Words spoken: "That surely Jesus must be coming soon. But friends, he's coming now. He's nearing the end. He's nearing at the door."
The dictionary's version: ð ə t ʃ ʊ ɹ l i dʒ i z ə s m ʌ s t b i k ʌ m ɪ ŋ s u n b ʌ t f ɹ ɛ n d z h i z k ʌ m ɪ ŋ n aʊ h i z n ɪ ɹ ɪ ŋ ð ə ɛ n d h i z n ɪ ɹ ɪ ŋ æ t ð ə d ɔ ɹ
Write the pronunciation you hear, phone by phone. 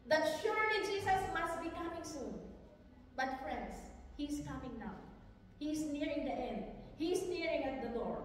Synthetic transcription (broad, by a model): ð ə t ʃ ʊ ɹ l i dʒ i s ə s m ʌ s t b i k ʌ m ɪ ŋ s u n b ʌ t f ɹ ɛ n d s h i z k ʌ m ɪ ŋ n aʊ h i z n ɪ ɹ ɪ ŋ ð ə ɛ n d h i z n ɪ ɹ ɪ ŋ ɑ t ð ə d ɔ ɹ